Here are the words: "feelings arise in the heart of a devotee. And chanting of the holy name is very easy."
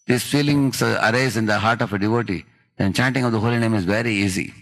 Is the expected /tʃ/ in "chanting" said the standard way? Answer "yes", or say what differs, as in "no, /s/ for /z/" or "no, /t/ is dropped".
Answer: yes